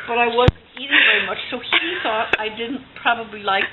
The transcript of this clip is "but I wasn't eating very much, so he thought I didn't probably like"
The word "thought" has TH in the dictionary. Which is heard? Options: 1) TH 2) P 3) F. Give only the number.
1